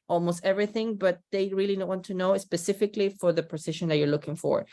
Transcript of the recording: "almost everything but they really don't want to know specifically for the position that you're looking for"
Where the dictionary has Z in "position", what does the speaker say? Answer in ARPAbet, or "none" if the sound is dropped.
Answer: S